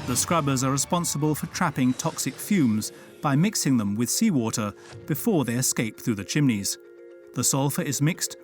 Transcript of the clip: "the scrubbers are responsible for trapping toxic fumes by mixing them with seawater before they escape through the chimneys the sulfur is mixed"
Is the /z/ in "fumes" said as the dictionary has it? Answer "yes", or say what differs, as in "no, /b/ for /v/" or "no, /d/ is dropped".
yes